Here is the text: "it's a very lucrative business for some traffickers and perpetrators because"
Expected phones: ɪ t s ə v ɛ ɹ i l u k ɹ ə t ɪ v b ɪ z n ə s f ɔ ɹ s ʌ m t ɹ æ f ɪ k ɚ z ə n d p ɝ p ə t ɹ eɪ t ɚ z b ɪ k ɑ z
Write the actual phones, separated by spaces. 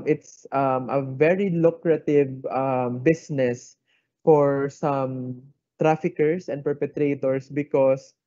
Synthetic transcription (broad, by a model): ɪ t s ə v ɛ ɹ i l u k ɹ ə t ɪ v b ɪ s n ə s f ɔ ɹ s ʌ m t ɹ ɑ f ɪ k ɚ s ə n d p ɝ p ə t ɹ eɪ t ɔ s b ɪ k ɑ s